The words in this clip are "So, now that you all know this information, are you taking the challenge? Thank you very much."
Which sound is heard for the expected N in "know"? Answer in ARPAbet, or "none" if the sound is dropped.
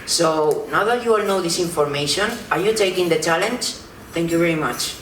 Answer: N